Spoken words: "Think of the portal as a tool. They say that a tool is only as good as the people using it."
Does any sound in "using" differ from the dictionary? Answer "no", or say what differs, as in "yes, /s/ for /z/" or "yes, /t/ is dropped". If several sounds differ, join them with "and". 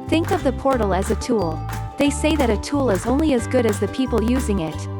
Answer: no